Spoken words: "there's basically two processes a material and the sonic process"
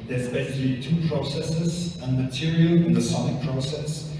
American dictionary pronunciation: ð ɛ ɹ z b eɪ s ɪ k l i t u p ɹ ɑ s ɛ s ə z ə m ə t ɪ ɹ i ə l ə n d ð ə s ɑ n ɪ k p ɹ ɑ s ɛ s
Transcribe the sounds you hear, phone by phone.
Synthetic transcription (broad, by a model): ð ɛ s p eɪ ʃ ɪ l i t u p ɹ ɑ s ɛ s ə z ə m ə t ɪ ɹ i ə l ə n ð ə s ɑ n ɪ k p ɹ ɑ s ɛ s